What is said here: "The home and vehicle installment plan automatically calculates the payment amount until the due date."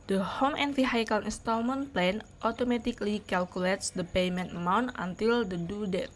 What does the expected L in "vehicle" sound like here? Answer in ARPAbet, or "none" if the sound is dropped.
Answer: N